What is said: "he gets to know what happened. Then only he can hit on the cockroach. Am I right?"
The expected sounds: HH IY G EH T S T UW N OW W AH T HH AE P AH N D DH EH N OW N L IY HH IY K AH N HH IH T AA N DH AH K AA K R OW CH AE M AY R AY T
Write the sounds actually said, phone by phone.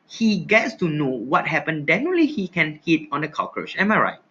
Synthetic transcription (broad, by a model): HH IY G EH T S T UW N OW W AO T HH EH P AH N D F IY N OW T L IY HH IY K AH N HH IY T AA N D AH K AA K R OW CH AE M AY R AY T